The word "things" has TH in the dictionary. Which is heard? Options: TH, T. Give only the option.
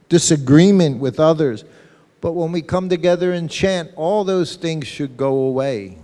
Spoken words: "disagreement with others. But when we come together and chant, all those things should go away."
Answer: TH